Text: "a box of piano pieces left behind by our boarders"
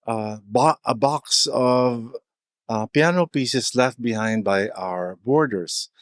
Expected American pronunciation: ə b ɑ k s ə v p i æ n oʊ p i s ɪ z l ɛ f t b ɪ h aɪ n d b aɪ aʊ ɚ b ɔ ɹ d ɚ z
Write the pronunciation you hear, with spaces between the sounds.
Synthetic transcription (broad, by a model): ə b ɑ k s ə v p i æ n oʊ p i s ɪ s l ɛ f t b ɪ h aɪ n d b aɪ aʊ ɚ b ɔ ɹ d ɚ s